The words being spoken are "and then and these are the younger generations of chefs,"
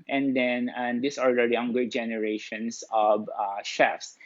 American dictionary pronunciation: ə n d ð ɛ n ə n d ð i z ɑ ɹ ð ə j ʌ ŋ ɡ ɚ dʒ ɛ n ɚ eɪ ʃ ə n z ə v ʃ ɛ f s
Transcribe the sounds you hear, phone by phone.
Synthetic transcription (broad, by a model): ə n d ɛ n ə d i s ɑ ɹ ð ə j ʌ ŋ ɡ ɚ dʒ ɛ n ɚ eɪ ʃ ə n s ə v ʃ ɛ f s